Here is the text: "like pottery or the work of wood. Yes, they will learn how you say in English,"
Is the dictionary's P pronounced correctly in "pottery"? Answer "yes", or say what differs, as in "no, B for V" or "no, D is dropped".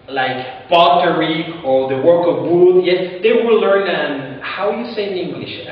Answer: no, B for P